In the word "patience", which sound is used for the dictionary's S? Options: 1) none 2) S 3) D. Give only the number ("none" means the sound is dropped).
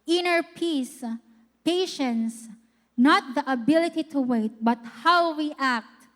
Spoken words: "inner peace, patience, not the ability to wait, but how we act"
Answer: 2